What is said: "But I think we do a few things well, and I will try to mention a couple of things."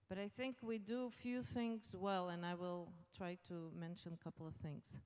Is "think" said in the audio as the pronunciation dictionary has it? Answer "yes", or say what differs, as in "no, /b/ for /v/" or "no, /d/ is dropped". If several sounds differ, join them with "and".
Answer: yes